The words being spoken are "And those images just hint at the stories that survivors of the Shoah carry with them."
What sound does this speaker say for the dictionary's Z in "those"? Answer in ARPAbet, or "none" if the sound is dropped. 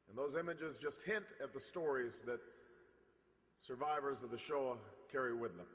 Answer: Z